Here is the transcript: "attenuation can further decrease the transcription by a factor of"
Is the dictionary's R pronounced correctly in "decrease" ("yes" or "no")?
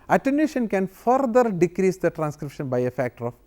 yes